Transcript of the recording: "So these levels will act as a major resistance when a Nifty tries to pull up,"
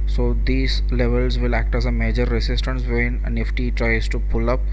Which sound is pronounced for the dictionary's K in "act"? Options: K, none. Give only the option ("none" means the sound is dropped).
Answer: K